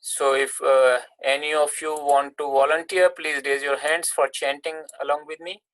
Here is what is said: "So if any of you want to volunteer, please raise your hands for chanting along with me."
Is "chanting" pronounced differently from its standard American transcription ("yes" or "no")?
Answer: no